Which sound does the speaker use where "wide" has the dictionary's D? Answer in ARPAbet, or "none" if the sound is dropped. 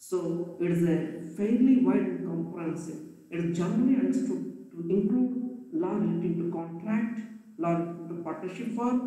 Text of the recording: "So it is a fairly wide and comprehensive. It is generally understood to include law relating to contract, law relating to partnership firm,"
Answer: none